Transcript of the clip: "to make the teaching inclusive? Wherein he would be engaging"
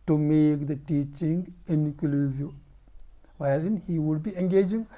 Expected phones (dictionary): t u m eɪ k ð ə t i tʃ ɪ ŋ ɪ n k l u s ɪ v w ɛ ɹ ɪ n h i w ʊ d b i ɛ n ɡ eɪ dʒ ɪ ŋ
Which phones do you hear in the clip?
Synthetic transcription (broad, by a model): t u m eɪ k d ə t i tʃ ɪ ŋ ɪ n k l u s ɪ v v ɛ l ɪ n h i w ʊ d b i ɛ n ɡ eɪ dʒ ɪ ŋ